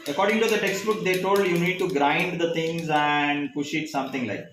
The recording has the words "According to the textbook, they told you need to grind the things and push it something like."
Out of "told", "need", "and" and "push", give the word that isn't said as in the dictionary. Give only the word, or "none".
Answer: none